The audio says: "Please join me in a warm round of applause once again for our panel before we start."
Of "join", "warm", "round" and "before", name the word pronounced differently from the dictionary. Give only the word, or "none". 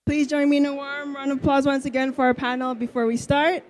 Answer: round